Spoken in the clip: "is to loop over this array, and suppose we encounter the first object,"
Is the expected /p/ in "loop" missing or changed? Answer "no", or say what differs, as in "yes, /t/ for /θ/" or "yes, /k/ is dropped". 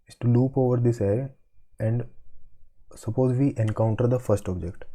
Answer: no